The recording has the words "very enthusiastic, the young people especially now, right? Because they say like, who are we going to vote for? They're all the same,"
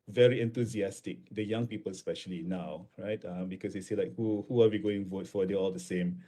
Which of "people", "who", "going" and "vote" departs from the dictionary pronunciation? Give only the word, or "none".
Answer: none